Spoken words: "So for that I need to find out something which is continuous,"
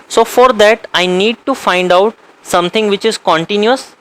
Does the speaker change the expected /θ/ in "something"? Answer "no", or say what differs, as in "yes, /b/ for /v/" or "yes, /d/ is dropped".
yes, /t/ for /θ/